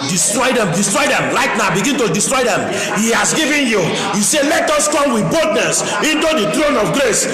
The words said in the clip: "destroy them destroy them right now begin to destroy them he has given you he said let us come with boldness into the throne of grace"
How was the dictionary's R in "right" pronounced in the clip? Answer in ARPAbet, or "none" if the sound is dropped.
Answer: L